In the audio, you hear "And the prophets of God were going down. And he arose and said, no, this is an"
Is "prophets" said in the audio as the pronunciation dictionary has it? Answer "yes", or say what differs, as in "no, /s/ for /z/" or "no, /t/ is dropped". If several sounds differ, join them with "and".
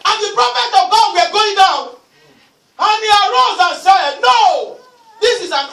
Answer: no, /s/ is dropped